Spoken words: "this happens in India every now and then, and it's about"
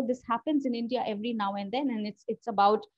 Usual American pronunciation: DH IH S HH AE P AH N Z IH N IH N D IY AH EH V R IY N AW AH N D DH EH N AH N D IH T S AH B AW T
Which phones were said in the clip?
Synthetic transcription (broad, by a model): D IH S HH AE P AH N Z IH N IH N D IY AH EH V R IY N AW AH N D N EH N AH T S IH T S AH B AW T